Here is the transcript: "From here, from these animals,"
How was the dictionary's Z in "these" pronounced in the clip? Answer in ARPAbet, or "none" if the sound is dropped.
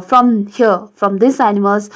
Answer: S